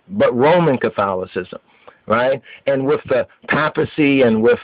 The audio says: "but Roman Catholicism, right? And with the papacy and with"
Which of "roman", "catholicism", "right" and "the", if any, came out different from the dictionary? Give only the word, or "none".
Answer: none